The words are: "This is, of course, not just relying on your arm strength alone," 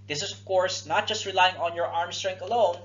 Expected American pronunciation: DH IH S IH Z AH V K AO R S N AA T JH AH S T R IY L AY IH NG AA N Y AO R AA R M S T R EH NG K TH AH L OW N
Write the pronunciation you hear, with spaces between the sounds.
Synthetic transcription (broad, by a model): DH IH S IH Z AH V K AO R S N AA T JH AH S T R IY L AY IH NG AA N Y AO R AA R M S T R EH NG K T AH L OW N